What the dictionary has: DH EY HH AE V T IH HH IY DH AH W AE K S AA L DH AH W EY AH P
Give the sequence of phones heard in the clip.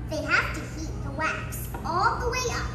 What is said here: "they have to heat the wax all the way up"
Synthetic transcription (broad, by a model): DH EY HH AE F T IH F IY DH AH W AE K S AA L DH AH W EY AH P